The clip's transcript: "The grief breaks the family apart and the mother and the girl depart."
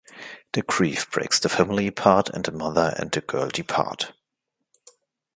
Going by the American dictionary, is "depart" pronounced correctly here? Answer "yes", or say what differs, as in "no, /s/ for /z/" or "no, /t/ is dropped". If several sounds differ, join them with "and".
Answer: yes